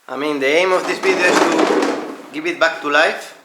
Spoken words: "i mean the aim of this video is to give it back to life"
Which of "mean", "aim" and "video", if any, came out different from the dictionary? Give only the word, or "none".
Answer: video